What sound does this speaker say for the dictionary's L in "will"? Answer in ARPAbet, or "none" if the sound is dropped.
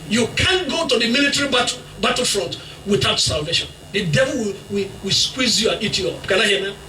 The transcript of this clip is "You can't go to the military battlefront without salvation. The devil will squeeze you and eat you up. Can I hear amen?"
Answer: W